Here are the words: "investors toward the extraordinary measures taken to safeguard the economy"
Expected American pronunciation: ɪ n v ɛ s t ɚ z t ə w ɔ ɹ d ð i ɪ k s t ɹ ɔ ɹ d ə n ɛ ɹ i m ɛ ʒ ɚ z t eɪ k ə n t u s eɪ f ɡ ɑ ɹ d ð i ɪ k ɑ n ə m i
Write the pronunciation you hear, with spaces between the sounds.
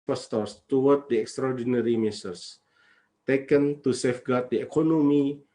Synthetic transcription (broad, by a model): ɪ s t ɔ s t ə w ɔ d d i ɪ k s t ɹ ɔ d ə n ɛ ɹ i m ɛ s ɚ s t eɪ k ə n t u s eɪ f ɡ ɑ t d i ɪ k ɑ n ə m i